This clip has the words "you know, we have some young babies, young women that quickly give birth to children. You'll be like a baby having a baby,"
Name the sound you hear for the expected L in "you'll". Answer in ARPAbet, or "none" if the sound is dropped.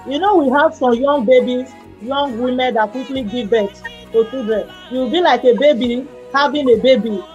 W